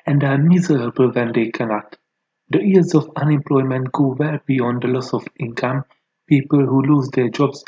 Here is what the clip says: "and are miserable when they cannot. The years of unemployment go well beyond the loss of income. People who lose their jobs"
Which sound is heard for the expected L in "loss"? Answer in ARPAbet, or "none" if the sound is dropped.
L